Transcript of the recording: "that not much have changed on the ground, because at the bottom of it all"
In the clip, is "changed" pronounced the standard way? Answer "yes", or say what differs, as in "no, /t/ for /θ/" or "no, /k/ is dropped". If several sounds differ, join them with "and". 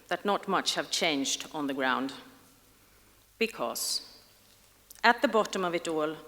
yes